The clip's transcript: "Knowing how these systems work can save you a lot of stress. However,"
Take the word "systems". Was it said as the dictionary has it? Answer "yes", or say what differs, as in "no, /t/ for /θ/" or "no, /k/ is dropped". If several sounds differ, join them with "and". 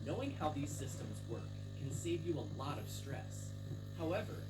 yes